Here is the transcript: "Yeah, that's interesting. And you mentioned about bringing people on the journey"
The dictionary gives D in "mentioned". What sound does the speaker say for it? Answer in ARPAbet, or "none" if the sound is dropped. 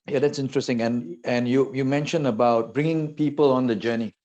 none